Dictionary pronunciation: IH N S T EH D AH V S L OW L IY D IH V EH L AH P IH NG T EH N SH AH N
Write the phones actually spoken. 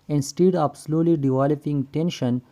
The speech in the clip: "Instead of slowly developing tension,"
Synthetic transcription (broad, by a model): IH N S T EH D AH P S L OW L IY D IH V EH L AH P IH NG T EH N SH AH N